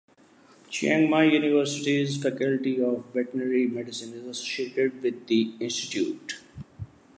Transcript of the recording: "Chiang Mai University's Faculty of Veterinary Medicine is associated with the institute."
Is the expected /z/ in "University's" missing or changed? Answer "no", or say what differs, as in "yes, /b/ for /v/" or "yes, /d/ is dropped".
no